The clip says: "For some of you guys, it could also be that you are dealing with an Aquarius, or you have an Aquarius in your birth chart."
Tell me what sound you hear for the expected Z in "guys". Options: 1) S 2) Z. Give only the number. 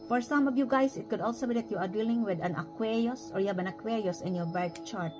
1